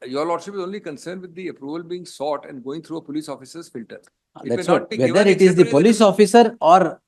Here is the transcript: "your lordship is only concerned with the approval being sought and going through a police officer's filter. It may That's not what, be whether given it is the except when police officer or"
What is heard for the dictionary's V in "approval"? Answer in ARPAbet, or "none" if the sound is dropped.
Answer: V